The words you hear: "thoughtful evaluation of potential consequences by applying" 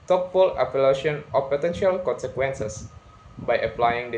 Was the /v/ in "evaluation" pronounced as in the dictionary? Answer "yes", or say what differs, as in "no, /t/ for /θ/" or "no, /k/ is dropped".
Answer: no, /p/ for /v/